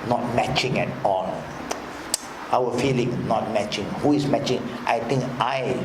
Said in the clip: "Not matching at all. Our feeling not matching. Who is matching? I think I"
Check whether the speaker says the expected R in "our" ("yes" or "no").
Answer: no